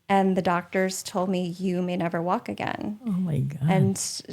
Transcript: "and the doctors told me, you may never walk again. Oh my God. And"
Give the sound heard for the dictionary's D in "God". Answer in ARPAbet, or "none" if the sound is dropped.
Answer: none